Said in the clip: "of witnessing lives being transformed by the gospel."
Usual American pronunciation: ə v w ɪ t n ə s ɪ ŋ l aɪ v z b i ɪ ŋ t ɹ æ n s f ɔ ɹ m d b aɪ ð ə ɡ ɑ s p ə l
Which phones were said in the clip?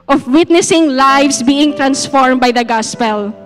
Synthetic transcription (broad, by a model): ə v w ɪ t n ə s ɪ ŋ l aɪ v s b i ɪ ŋ t ɹ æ n s f ɔ ɹ m b aɪ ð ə ɡ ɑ s p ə l